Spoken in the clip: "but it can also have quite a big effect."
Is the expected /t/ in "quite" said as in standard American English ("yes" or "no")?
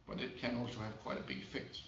yes